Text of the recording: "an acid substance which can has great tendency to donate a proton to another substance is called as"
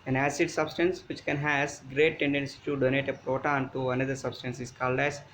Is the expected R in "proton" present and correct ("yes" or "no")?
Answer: yes